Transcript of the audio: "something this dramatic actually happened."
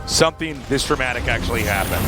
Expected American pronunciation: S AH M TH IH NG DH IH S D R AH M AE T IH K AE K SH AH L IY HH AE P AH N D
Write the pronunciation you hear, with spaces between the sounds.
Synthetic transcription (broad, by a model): S AH M TH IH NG DH IH S D R AH M AE T IH K AE K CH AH L IY HH AE P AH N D